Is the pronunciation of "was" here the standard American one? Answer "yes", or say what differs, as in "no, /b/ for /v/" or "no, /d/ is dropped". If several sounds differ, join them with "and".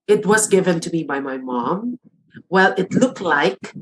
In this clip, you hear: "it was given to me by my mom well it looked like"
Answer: yes